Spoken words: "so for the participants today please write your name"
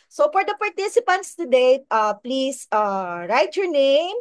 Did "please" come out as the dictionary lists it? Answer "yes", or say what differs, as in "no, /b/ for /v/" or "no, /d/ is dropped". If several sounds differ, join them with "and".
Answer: no, /s/ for /z/